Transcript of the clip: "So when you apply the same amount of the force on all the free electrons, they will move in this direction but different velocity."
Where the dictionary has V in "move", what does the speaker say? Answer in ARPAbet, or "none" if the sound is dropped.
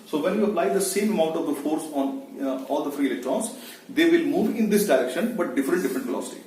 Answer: V